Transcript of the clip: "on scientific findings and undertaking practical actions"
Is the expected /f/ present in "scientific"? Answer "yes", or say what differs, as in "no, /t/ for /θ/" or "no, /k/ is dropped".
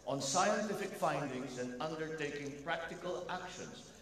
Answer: yes